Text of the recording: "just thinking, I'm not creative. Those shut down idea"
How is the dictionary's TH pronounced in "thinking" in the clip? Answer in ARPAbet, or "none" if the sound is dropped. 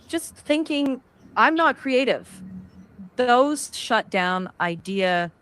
TH